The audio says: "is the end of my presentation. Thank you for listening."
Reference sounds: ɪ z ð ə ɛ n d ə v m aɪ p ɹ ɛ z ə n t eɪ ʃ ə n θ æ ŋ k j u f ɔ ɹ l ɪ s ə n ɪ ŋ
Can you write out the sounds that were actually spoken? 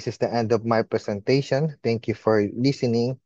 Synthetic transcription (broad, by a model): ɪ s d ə ɛ n d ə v m aɪ p ɹ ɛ s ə n t eɪ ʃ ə n t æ ŋ k j u f ɔ ɹ l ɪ s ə n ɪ ŋ